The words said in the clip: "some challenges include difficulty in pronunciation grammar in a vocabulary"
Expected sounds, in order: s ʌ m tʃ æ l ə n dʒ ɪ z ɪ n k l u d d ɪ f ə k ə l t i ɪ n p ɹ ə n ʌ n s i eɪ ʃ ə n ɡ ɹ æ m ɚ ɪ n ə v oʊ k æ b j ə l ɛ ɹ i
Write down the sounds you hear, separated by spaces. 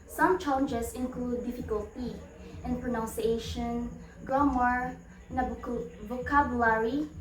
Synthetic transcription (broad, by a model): s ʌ m tʃ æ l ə n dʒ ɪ s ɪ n k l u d d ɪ f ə k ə l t i ɪ n p ɹ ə n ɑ n s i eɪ ʃ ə n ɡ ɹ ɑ m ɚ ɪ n ə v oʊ k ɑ b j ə l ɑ ɹ i